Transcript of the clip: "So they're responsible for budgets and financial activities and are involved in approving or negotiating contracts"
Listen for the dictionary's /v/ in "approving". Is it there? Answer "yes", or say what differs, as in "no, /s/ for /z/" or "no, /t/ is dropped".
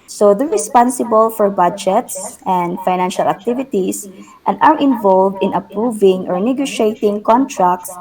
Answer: yes